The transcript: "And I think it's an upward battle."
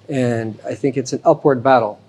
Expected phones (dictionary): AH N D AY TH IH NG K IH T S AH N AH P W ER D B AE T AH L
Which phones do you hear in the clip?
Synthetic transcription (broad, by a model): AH N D AY TH IH NG K IH T S N AH P W ER D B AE T L